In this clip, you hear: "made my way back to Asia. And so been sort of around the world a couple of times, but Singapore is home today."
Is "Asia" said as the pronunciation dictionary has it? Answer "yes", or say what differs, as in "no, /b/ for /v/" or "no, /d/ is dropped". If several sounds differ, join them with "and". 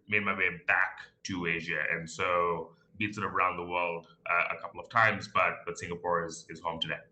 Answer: yes